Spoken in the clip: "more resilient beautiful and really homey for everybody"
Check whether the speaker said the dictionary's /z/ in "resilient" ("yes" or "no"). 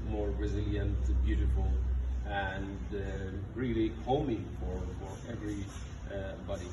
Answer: yes